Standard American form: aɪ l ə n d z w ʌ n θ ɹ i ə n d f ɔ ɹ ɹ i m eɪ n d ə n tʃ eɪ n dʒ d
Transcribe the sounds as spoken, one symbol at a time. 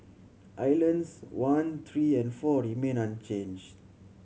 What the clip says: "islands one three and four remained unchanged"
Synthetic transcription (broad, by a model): aɪ l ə n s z w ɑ n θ ɹ i ə n d f ɔ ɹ ɹ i m eɪ n ə n tʃ eɪ n dʒ d